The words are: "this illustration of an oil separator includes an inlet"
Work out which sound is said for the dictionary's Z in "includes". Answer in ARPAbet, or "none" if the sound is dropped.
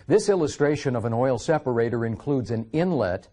Z